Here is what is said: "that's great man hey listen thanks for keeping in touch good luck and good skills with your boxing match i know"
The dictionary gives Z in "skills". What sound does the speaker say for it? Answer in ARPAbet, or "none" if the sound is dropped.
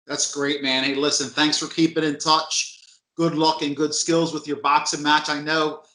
Z